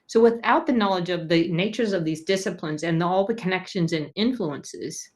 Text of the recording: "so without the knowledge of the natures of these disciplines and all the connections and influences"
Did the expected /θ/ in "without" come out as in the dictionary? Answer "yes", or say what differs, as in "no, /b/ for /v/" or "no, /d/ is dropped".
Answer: yes